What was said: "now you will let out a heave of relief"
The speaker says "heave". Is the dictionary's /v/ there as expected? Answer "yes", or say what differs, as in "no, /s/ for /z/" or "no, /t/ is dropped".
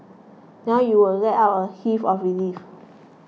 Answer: no, /f/ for /v/